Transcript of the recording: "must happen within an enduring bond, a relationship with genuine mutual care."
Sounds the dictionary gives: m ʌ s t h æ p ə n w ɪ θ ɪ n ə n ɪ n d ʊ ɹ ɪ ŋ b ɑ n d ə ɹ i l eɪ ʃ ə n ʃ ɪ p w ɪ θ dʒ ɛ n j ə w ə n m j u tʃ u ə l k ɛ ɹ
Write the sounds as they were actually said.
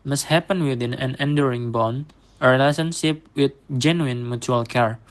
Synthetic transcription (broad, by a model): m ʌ s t h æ p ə n w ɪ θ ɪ n ə n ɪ n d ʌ ɹ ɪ ŋ b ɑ n ə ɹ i l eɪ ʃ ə n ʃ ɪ p w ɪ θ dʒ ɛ n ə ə n m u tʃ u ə l k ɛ ɹ